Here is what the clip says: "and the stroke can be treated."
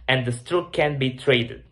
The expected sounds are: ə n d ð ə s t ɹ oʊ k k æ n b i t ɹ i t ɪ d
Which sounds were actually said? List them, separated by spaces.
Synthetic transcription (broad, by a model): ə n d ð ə s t oʊ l k æ n b i t ɹ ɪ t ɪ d